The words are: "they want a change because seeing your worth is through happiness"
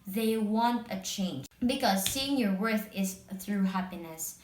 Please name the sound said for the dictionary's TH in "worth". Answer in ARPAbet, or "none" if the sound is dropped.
TH